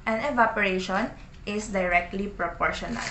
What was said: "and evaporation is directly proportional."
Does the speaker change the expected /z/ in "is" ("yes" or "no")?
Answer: yes